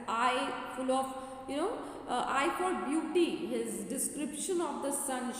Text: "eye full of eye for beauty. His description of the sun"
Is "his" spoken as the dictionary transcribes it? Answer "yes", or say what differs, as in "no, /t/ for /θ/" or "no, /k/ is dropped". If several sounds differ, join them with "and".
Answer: yes